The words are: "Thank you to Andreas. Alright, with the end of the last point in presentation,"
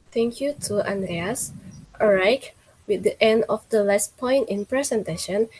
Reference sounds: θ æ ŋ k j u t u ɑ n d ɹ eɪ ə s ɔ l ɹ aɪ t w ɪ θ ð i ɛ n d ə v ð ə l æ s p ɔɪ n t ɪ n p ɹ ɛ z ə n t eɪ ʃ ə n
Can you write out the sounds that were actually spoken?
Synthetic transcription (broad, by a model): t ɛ ŋ k j u t u ɑ n d ɹ eɪ ə s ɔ ɹ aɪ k w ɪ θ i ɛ n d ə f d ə l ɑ s p ɔɪ n t ɪ n p ɹ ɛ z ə n t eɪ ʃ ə n